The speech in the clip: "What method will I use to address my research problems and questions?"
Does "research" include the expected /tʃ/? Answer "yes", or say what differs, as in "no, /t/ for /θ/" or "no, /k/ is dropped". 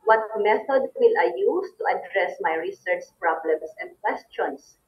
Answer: yes